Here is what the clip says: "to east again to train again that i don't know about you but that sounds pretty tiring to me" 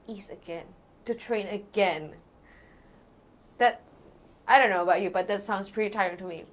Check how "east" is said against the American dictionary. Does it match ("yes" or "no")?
no